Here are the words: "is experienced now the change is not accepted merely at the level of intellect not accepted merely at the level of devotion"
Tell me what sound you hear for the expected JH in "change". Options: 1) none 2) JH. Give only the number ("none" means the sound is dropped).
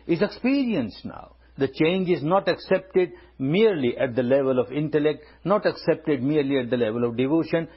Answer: 2